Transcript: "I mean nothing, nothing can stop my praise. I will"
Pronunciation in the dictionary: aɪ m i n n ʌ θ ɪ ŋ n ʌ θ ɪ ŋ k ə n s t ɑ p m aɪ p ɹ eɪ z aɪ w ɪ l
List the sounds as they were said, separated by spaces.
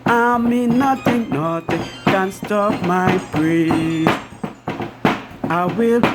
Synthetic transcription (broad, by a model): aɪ m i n n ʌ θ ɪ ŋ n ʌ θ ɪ k ə n s t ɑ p m aɪ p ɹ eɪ aɪ w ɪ l